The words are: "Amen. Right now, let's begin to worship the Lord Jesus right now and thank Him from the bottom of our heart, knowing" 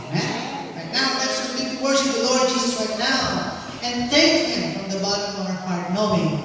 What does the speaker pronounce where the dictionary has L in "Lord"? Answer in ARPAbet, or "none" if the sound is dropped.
L